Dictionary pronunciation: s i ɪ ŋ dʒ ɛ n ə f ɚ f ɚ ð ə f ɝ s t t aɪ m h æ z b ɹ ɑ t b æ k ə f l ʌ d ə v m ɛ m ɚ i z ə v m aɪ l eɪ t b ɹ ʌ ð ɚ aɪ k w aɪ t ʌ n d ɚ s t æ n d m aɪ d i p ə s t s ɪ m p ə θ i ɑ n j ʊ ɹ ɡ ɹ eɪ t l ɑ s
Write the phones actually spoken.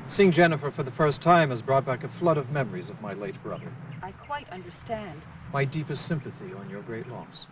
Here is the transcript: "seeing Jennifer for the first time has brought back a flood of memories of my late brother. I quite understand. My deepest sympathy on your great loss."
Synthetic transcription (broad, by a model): s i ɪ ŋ dʒ ɛ n ə f ɚ f ɚ ð ə f ɝ s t t aɪ m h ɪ z b ɹ ɑ t b æ k ə f l ʌ d ə v m ɛ m ɚ i z ə v m aɪ l eɪ t b ɹ ʌ ð ɚ aɪ k w aɪ t ʌ n d ɚ s t æ n d m aɪ d i p ə s t s ɪ m p ə θ i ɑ n j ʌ ɹ ɡ ɹ eɪ t l ɑ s